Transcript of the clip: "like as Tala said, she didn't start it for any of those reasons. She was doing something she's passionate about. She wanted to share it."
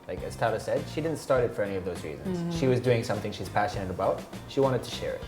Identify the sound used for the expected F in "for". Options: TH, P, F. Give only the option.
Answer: F